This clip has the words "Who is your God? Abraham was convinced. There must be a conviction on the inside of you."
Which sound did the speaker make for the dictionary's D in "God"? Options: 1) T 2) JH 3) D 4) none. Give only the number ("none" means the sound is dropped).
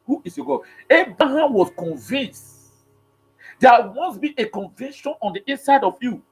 4